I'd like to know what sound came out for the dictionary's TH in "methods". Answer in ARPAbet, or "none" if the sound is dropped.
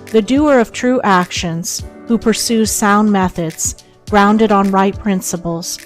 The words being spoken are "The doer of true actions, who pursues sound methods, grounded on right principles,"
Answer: TH